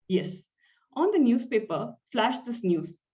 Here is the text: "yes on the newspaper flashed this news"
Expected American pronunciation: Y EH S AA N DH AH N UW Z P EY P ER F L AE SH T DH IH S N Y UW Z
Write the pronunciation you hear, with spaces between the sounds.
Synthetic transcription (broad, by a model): Y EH S AA N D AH N UW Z P EY P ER F L AE SH T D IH S N Y UW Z